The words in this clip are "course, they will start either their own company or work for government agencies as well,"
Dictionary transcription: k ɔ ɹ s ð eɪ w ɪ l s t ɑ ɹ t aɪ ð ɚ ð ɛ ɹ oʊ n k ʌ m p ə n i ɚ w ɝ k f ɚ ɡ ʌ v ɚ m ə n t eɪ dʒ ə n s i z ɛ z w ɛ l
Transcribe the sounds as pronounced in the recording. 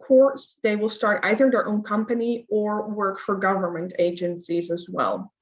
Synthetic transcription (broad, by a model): k ɔ ɹ s ð eɪ w ɪ l s t ɑ ɹ t aɪ ð ɚ ð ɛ ɹ oʊ n k ʌ m p ə n i ɚ w ɝ k f ɚ ɡ ʌ v ɚ m ə n t eɪ dʒ ə n s i z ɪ z w ɛ l